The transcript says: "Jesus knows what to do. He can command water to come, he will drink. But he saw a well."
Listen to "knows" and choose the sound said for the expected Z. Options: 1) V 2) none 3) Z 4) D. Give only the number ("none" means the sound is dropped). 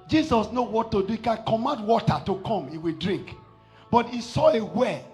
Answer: 2